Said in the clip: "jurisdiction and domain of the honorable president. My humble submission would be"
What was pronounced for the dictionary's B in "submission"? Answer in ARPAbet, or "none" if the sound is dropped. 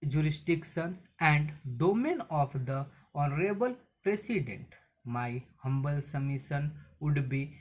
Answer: none